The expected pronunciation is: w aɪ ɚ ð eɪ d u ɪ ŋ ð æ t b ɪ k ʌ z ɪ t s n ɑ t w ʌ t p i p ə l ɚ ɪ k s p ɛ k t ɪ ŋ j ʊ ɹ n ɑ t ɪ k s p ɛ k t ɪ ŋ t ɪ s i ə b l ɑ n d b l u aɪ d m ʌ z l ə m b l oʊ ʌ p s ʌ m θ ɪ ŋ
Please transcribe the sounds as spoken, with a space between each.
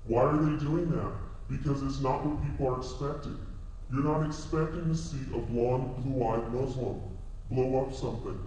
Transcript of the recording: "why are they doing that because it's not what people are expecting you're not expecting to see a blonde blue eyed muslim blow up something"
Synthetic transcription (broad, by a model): w aɪ ɚ ð eɪ d u ɪ ŋ ð æ t b ɪ k ʌ z ɪ t s n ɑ t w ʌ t p i p l ɚ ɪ k s p ɛ k t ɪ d j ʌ ɹ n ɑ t ɪ k s p ɛ k t ɪ ŋ t ɪ s i ə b l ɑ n b l u aɪ d m ʌ z l ə m b l oʊ ʌ p s ʌ m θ ɪ ŋ